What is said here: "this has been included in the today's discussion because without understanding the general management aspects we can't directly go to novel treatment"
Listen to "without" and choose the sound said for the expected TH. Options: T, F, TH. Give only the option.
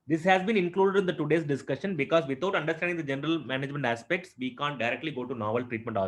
T